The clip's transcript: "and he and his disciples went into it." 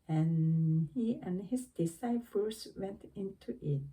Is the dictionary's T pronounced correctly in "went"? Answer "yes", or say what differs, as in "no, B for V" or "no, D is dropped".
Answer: yes